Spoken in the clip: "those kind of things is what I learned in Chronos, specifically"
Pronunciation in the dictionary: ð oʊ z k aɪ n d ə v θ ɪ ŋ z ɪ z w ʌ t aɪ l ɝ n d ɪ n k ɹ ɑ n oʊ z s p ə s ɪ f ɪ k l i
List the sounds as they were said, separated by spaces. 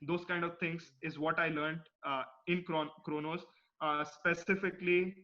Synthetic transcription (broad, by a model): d oʊ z k aɪ n d ə v t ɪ ŋ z ɪ z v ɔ t aɪ l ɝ n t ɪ n k ɹ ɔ n oʊ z s p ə s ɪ f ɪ k l i